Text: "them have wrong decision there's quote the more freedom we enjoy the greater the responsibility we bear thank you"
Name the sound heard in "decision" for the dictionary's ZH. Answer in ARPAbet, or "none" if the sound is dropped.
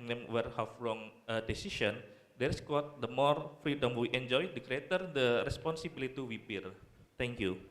S